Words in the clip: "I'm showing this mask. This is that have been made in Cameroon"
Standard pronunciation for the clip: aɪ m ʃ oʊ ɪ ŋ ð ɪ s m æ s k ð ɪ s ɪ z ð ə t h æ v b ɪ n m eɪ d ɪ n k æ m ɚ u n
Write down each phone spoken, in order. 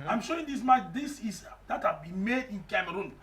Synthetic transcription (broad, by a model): aɪ m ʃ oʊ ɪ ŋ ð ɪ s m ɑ k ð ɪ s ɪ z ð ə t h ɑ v b ɪ n m eɪ d ɪ n k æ m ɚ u n